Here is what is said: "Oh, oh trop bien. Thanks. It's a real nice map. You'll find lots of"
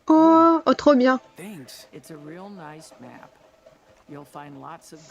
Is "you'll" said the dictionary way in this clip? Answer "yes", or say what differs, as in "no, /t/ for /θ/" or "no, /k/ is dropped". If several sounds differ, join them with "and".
yes